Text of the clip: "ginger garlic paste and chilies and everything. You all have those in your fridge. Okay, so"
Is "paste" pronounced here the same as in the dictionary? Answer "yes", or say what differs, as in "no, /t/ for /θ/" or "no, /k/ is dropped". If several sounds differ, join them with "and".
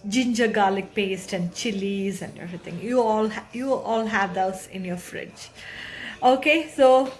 yes